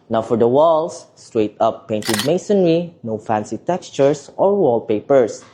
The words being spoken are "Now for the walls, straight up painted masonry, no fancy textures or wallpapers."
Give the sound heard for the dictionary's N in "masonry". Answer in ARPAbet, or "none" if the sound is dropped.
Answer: N